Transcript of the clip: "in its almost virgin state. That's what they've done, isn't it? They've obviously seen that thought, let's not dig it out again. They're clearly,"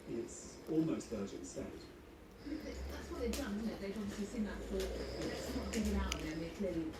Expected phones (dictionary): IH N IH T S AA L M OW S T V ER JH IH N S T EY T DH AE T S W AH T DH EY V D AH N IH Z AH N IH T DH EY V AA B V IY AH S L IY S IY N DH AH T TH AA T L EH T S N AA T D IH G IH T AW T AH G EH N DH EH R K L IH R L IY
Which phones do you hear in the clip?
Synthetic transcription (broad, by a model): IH IH T S AA L M OW S T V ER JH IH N S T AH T DH AE T S W AH T DH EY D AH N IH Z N IH T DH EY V AA B V IY AH S L IY S IY N DH AH T F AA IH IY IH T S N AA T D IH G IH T AW T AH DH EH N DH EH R K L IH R L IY